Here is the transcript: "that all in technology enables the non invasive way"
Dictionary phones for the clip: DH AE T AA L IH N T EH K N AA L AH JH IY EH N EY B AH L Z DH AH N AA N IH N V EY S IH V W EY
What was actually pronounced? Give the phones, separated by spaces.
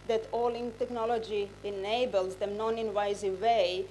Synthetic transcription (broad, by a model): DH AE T AA L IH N T EH K N AA L AH JH IY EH N EY B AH L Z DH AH N AA N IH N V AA IH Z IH EY